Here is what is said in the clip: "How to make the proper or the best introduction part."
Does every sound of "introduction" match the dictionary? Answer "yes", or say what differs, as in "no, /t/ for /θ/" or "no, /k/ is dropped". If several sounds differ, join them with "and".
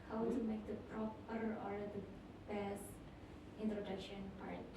yes